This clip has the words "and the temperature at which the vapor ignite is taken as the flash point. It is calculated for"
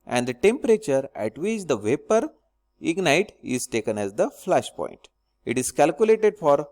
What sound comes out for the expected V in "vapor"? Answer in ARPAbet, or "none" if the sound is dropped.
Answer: V